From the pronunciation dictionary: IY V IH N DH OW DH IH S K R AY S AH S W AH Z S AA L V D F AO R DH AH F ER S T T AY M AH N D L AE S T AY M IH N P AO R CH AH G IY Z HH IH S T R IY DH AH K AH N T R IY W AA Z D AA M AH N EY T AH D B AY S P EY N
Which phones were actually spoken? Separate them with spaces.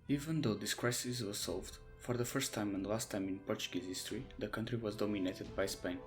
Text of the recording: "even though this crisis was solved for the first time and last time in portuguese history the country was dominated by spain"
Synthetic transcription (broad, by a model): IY V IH N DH OW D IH S K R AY S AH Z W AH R S AA L V D F AO R DH AH F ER S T T AY M AH N D L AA S T AY M IH N P AO R CH AH G IY Z HH IH S T R IY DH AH K AH N T R IY W AA Z D AA M AH N EY T AH D B AY S P EY N